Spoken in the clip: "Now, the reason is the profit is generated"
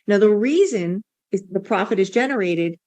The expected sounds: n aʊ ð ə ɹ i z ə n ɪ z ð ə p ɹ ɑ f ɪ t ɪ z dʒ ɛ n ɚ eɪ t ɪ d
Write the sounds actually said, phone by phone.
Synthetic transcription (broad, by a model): n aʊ ð ə ɹ i z ə n ɪ z ð ə p ɹ ɑ f ɪ t ɪ z dʒ ɛ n ɚ eɪ t ɪ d